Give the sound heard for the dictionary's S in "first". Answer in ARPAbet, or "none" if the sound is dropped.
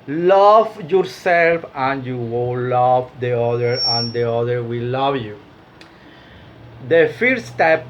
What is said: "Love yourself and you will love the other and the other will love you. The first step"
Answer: none